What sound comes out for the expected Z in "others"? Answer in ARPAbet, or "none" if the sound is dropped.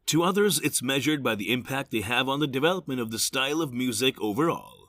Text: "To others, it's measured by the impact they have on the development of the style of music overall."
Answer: Z